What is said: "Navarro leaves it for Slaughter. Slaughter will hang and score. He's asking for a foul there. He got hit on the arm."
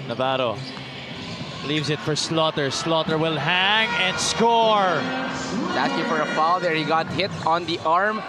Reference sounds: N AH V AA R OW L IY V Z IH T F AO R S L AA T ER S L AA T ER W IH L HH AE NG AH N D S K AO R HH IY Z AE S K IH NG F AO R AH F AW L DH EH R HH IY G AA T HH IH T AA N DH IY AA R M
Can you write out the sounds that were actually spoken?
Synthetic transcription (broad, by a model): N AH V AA R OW L IY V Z IH T F AO R S L AA T ER S L AA T ER W IH L HH AE NG AH N D S K AO R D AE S IH F AO R AH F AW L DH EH R HH IY G AA T HH IH T AA N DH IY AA R M